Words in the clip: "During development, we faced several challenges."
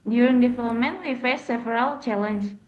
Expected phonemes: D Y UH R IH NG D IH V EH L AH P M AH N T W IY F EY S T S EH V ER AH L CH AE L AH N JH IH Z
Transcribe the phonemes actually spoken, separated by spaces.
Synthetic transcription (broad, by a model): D Y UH R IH NG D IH F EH AH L M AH N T W IY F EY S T S EH V ER AH L CH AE L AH N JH